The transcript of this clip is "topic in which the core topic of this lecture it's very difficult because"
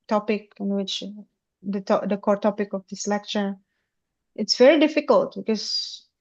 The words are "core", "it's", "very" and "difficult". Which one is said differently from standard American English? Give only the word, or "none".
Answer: none